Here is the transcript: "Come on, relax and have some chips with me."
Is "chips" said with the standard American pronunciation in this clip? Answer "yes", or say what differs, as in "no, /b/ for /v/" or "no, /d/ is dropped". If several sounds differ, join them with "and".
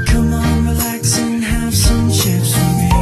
no, /ʃ/ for /tʃ/